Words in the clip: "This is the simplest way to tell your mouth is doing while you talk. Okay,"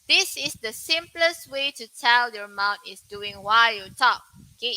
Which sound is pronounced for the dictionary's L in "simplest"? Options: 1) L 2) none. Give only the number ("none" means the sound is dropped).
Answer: 1